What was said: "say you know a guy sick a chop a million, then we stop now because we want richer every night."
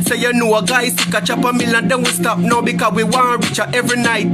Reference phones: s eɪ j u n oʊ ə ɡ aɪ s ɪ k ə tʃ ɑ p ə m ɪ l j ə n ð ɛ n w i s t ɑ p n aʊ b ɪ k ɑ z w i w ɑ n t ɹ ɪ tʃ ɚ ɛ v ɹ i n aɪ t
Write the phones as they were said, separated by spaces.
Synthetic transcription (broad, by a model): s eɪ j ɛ n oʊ ə ɡ aɪ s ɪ k ə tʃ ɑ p ə m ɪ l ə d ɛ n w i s t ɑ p n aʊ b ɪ k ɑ w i w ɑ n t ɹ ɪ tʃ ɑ ɛ v ɹ i n aɪ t